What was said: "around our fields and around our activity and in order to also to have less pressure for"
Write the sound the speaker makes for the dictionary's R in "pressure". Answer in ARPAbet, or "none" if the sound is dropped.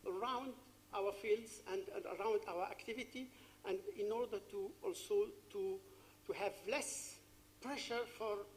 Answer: R